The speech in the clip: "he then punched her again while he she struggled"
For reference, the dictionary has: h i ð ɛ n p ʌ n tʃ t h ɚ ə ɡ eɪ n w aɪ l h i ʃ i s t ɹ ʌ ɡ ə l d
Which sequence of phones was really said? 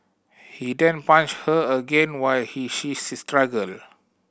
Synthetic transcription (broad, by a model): h i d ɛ n p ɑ n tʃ h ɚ ə ɡ eɪ n w aɪ l h i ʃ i s t ɹ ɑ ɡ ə l